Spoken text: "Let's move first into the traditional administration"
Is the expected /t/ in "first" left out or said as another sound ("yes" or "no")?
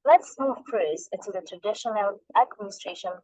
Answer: yes